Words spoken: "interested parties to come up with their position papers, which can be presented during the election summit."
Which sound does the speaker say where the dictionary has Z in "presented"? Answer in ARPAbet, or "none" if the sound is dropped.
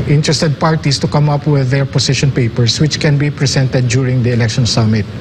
S